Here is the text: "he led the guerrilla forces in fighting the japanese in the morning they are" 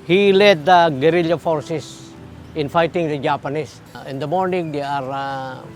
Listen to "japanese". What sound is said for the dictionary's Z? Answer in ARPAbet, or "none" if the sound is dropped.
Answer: S